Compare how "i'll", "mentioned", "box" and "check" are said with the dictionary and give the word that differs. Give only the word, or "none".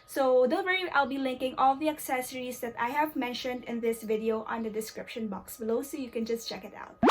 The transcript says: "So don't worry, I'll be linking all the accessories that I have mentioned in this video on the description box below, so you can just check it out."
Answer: none